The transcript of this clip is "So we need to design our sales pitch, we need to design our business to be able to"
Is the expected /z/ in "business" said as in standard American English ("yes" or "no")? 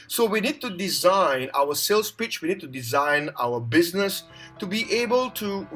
yes